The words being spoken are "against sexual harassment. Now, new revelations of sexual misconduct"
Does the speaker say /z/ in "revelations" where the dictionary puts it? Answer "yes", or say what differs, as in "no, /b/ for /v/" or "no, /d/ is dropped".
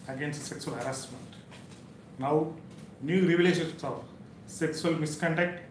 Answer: no, /s/ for /z/